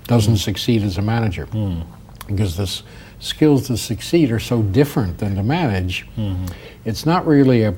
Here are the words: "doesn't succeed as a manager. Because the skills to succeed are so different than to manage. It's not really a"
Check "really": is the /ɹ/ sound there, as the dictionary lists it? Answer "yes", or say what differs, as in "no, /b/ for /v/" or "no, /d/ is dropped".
yes